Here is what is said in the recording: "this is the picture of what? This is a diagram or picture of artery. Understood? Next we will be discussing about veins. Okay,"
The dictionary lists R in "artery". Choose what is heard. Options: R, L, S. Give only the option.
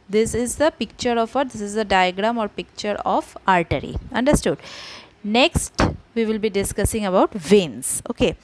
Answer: R